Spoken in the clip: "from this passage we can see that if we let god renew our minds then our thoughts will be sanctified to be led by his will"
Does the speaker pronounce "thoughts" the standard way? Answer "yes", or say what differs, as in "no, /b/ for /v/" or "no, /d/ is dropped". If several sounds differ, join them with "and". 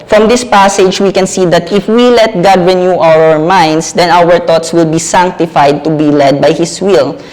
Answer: no, /t/ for /θ/